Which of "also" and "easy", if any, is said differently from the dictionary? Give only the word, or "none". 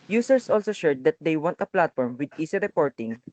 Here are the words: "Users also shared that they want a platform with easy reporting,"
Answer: easy